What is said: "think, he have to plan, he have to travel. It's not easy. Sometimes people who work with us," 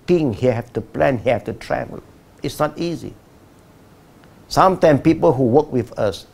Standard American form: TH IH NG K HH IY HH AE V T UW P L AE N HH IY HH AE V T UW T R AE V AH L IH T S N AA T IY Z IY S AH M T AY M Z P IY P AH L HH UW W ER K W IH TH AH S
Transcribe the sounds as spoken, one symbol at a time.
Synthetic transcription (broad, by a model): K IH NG HH IY HH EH F T UW P L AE N HH IY HH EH F T UW T R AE V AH L IH T S N AA T IY Z IY S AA M T AY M P IY P AH L HH UW W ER K W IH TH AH S